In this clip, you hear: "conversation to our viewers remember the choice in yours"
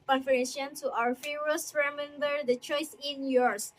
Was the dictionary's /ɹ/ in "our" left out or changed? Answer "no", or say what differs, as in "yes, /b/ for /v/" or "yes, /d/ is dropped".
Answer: no